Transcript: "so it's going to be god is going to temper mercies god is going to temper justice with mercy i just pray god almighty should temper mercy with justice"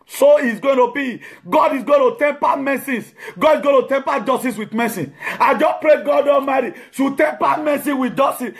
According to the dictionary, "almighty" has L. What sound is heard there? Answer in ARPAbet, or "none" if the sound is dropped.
none